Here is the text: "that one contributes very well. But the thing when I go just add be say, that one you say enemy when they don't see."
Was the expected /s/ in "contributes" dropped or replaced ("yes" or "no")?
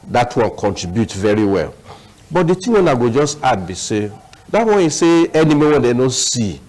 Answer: yes